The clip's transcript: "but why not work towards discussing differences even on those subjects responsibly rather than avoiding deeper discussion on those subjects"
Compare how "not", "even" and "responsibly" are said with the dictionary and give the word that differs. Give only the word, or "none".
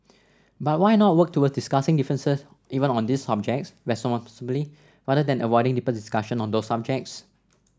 responsibly